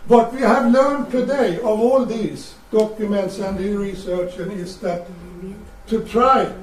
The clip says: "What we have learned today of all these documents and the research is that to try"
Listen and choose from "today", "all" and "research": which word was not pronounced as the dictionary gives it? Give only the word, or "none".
none